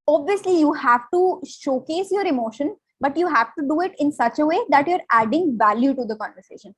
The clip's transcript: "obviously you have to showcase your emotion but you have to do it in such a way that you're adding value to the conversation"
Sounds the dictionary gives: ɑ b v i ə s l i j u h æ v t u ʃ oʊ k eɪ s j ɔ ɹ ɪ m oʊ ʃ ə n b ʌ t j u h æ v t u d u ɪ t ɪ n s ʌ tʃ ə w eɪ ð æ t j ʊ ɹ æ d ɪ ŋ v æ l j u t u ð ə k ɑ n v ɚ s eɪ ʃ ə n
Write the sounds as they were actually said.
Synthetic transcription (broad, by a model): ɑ b v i ə s l i j u h æ v t u ʃ oʊ k eɪ s j ɔ ɹ ɪ m oʊ ʃ ə n b ʌ t j u h æ v t u d u ɪ t ɪ n s ʌ tʃ ə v eɪ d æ t j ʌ ɹ æ d ɪ ŋ v æ l j u t u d ə k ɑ n v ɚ s eɪ ʃ ə n